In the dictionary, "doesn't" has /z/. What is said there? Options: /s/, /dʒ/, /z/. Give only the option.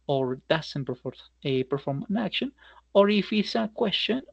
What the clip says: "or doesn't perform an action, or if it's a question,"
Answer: /s/